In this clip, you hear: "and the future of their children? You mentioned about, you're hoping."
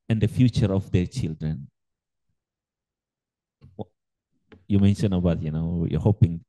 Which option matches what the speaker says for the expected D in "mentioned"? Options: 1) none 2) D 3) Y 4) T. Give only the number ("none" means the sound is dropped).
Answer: 1